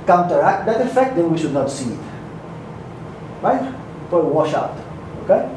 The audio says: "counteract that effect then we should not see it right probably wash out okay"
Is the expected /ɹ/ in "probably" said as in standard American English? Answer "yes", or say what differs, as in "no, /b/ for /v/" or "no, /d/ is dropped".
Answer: no, /ɹ/ is dropped